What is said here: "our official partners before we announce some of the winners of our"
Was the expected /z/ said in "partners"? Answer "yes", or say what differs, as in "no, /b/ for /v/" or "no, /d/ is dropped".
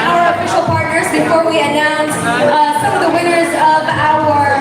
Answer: yes